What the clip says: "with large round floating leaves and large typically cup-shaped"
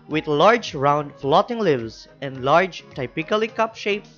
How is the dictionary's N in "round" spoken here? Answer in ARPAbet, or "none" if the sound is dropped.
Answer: N